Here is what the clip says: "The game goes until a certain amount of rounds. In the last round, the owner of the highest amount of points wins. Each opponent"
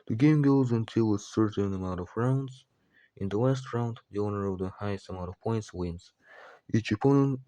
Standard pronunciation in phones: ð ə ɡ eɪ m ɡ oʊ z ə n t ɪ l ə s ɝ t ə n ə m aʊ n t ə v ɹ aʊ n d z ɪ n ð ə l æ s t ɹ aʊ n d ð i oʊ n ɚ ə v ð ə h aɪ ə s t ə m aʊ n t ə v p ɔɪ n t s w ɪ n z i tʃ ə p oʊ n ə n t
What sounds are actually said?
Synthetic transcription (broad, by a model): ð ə ɡ eɪ m ɡ oʊ z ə n t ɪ l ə s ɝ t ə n ə m aʊ n t ə v ɹ aʊ n d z ɪ n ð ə w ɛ s t ɹ aʊ n d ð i oʊ n ɚ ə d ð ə h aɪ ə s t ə m aʊ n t ə v p ɔɪ n t s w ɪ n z i tʃ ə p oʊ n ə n